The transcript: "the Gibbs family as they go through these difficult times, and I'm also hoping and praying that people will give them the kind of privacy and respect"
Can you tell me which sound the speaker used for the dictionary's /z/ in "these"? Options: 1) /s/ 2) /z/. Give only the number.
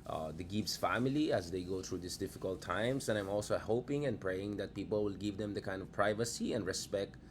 1